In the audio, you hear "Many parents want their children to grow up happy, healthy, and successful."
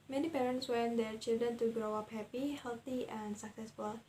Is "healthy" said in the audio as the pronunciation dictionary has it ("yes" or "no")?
no